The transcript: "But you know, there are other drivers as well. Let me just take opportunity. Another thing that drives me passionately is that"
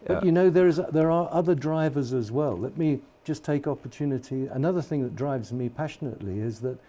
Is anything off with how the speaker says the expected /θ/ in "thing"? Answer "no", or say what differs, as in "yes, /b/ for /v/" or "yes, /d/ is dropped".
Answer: no